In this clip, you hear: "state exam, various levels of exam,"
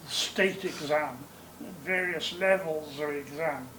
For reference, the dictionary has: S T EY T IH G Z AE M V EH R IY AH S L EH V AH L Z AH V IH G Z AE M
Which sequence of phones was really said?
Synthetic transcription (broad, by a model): S T EY T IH G Z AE M V EH R IY AH S L EH V AH L Z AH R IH G Z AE M